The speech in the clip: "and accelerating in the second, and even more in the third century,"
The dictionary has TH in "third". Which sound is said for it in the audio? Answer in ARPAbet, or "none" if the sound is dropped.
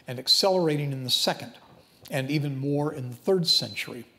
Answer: TH